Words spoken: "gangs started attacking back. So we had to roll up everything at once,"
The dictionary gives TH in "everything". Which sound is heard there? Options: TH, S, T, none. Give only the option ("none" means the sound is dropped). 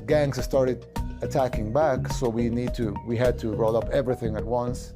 TH